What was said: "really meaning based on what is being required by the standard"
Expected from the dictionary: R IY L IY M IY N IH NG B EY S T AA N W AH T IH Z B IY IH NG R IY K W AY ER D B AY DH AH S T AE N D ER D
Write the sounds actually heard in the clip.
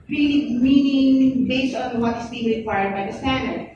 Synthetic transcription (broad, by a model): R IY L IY M IY N IH NG B EY S T AA N W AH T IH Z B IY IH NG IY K W AY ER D B AY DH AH S T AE N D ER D